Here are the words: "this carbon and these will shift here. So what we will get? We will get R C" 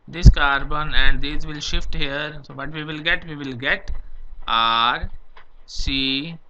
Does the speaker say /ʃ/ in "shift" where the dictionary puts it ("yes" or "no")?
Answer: yes